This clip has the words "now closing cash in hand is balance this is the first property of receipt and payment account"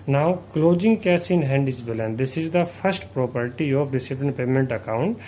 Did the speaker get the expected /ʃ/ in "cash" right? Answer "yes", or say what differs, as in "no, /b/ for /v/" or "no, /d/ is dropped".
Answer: no, /s/ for /ʃ/